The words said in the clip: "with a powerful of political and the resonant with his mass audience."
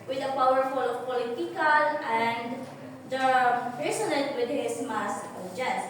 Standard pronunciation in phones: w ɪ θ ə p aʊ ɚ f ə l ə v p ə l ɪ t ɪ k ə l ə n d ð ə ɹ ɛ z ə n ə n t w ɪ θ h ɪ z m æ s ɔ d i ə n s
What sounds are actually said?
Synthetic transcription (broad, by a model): w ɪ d ə p aʊ ɚ f ə l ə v p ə l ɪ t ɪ k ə l ə n d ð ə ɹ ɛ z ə l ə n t w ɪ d h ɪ s m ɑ s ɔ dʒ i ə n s